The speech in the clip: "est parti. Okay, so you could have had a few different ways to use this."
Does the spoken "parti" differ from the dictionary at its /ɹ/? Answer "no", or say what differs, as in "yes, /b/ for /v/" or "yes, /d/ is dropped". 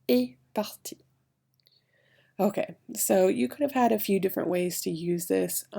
yes, /l/ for /ɹ/